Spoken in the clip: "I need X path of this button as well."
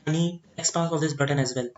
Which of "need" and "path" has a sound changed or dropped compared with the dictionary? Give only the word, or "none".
path